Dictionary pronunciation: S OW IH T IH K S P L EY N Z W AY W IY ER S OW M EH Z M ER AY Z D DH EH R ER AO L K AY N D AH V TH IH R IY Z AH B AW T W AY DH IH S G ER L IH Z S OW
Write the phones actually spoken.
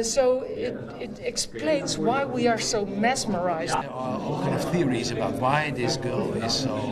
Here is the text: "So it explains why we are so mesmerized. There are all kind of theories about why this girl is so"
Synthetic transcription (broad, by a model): S OW IH T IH K S P L EY N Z W AY W IY ER S OW M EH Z M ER AY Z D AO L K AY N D AH V TH IH R IY Z AH B AW T W AY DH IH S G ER L IH Z S OW